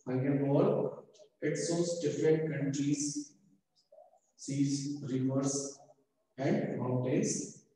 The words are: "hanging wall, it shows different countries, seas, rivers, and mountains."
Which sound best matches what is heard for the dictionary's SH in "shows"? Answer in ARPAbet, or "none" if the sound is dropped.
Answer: S